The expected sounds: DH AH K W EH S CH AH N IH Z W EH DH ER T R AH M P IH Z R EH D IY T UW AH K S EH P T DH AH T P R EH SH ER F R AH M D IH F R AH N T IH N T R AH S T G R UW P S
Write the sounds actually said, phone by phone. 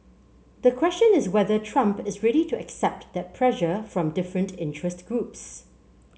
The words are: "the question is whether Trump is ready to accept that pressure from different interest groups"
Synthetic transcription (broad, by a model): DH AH K W EH S CH AH N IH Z W EH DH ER T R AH M P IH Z R EH D IY T UW AH K S EH P T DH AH T P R EH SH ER F R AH M D IH F R AH N T IH N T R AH S T G R UW P S